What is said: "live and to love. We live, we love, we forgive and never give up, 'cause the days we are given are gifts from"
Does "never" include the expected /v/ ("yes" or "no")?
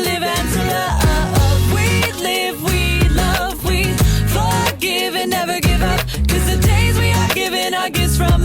yes